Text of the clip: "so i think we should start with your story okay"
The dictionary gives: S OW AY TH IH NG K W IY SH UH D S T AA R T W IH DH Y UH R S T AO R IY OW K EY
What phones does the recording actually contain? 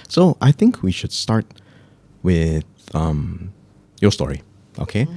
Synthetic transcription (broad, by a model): S OW AY TH IH NG K W IY SH UH D S T AA R T W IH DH Y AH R S T AO R IY OW K EY